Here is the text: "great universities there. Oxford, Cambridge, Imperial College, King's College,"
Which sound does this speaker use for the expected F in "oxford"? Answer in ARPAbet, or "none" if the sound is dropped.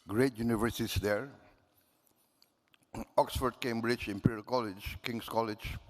F